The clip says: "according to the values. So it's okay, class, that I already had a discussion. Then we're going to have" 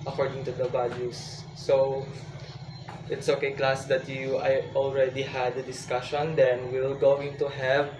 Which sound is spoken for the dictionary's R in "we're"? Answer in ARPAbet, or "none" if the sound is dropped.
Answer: L